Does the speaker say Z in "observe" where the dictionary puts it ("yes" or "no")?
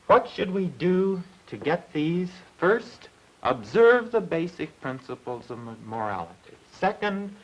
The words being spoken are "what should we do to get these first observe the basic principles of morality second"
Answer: yes